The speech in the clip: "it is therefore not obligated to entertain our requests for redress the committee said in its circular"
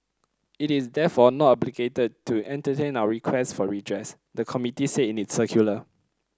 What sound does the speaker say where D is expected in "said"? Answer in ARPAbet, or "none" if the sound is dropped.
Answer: none